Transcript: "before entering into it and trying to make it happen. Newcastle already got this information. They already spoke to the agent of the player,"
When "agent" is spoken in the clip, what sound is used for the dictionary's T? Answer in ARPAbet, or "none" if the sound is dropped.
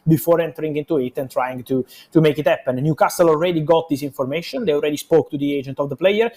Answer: T